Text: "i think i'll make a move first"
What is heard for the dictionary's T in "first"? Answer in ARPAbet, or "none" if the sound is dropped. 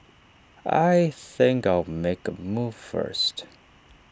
T